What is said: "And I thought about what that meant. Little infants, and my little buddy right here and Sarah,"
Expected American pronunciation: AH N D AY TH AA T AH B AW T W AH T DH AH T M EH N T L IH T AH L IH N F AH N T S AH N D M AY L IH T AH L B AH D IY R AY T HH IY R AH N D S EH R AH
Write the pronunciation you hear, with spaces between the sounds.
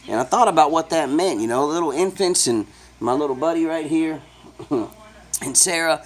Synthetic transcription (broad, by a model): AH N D AY TH AA T AH B AW T W AH T DH AH T M EH N T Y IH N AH L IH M F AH N T S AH N M AY L IH T L B AH D IY R AY T HH IY R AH N S EH R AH